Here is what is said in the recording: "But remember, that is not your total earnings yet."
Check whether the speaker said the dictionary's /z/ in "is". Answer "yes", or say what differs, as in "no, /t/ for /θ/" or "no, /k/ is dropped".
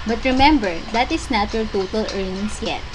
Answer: no, /s/ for /z/